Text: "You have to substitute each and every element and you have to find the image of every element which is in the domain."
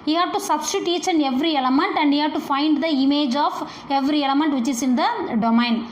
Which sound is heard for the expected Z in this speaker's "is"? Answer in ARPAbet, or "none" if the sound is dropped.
S